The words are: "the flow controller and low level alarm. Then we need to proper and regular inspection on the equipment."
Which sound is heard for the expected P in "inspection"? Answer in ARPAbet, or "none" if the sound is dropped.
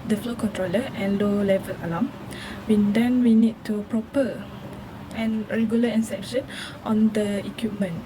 none